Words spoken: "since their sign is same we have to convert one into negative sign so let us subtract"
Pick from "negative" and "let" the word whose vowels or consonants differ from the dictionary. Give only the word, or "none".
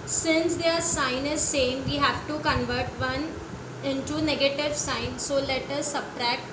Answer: none